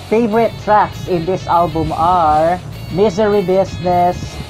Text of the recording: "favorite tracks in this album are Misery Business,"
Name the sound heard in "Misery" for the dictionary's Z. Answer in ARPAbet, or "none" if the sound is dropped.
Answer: Z